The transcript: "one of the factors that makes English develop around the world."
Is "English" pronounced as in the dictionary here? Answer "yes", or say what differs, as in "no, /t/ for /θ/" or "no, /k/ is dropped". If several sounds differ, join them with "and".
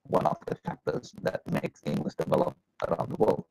no, /l/ is dropped